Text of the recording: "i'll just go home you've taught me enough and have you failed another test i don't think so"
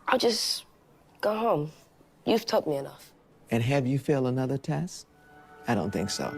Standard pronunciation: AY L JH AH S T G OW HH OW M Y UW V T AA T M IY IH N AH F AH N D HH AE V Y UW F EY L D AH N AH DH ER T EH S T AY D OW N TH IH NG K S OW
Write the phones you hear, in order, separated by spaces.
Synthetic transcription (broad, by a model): AY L JH AH S G OW HH OW M Y UW V T AA T M IY IH N AH F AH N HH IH V Y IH F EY L AH N AH DH ER T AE S AY D OW N TH IH NG K S OW